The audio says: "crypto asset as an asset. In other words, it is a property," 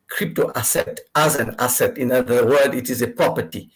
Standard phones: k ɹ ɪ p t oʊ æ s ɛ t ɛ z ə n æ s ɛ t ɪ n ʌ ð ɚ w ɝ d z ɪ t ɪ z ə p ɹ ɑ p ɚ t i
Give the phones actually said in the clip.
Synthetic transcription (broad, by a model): k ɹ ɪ p t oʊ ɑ s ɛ t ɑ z ə n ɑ s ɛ t ɪ n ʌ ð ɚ w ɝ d ɪ t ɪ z ə p ɹ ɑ p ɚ t i